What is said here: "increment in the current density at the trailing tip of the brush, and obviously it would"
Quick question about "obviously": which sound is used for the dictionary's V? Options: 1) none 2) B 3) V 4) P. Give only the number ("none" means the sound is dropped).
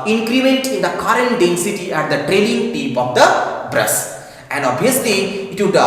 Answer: 1